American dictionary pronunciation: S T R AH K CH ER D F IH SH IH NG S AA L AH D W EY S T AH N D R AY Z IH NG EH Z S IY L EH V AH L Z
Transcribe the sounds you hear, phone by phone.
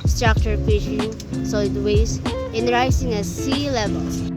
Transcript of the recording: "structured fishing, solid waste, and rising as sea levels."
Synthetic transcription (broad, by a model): S T R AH K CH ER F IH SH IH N S AA L AH D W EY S AH N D R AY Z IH NG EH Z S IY L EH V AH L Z